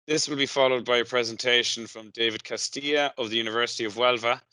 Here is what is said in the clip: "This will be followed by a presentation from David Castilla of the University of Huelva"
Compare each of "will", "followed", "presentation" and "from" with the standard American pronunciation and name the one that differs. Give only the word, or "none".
none